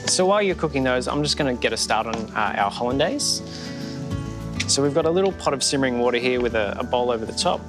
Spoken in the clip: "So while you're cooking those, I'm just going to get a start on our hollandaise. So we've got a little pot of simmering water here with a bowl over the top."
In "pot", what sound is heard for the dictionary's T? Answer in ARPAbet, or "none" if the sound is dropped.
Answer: T